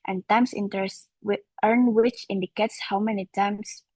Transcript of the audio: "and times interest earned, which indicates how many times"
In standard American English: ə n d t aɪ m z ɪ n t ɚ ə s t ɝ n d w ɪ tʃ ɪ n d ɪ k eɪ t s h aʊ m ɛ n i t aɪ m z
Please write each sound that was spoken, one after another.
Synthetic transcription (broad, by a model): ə n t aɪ m s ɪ n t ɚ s t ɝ n w ɪ tʃ ɪ n d ɪ k eɪ t s h aʊ m ɛ n i t aɪ m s